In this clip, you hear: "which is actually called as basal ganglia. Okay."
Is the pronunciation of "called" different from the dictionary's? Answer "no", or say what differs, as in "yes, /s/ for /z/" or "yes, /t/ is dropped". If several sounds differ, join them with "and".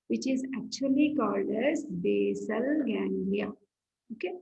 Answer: no